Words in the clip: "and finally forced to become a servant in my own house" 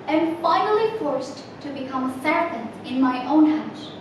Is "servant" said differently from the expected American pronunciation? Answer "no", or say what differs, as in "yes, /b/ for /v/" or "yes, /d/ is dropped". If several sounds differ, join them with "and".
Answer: yes, /p/ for /v/